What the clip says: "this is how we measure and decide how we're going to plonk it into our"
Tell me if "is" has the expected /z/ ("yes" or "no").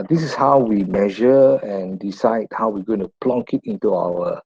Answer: no